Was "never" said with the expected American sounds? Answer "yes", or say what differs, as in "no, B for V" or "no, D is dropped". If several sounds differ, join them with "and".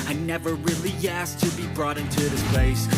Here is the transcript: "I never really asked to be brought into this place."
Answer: yes